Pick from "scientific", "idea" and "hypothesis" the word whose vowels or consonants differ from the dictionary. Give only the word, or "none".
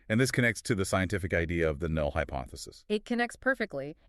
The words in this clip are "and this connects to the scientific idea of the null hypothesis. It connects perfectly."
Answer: none